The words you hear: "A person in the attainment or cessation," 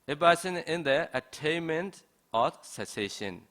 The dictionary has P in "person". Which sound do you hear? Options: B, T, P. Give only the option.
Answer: B